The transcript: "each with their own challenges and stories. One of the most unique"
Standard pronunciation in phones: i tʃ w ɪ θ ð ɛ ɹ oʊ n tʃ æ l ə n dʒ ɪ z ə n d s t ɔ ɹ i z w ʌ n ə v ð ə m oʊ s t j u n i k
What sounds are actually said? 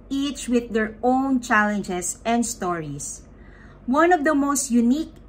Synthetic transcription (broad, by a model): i tʃ w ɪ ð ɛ ɹ oʊ n tʃ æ l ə n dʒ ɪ s ə n d s t ɔ ɹ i s w ʌ n ə v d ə m oʊ s t j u n i k